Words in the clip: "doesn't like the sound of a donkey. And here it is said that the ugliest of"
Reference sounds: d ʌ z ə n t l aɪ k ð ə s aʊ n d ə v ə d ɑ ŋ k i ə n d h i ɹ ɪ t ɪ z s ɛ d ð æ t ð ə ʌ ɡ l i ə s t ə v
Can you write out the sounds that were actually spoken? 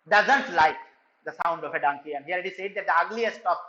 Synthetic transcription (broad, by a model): d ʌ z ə n t l aɪ k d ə s aʊ n d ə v ə d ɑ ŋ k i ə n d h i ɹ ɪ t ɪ s ɛ d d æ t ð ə ʌ ɡ l i ə s t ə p